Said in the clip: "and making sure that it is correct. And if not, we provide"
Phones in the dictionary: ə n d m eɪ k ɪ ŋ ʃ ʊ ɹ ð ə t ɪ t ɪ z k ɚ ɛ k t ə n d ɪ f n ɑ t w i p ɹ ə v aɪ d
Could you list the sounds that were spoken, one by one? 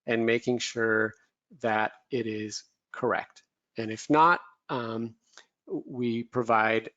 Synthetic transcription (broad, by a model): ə n m eɪ k ɪ ŋ ʃ ʊ ɹ ð ə t ɪ t ɪ z k ɚ ɛ k t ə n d ɪ f n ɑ t w i p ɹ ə v aɪ d